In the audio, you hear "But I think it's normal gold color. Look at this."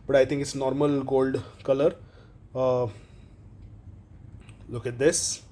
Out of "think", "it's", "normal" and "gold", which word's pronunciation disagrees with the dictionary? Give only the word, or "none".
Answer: think